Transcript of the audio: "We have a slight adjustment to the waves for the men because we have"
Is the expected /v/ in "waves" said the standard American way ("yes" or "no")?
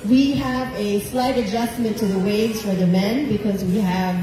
no